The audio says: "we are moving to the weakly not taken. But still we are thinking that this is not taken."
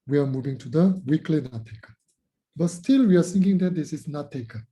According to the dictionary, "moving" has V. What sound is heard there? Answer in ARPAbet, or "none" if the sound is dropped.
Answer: V